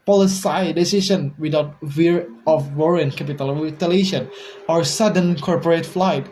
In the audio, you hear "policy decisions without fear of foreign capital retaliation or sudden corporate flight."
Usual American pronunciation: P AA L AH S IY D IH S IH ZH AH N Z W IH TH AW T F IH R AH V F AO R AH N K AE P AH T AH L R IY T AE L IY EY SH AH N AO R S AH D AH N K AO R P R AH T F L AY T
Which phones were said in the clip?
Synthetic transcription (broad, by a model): P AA L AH S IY D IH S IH SH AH N W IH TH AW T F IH R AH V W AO R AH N K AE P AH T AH L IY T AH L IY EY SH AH N AO R S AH D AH N K AO R P R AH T F L AY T